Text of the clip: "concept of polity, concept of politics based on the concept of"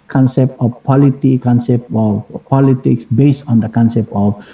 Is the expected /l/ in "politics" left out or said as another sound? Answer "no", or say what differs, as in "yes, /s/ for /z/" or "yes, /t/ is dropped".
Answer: no